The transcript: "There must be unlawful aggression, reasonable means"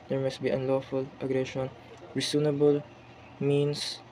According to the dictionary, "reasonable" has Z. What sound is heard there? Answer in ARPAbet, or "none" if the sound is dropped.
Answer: S